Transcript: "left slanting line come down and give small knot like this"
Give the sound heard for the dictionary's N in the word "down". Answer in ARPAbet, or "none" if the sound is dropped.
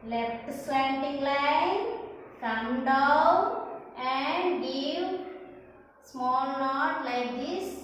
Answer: none